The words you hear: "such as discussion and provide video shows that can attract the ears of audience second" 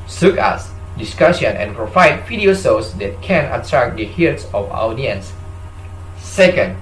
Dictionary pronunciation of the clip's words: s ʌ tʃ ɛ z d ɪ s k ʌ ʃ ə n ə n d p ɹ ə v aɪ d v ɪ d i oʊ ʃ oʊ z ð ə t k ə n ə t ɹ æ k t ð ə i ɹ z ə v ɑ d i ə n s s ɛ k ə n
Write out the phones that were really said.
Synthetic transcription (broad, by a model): s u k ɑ s d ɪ s k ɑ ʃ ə n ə n p ɹ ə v aɪ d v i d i oʊ s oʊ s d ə t k ə n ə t ɹ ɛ k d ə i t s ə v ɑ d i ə n s s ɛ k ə n